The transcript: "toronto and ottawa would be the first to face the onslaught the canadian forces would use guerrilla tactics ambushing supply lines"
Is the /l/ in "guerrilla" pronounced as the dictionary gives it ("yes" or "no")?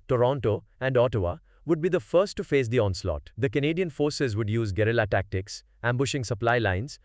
yes